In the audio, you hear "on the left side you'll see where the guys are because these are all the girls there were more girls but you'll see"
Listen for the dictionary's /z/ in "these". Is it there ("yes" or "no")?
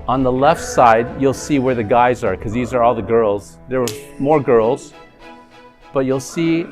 yes